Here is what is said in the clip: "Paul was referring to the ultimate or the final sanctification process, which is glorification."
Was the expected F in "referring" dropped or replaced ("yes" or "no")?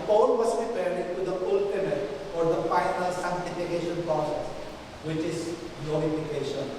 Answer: yes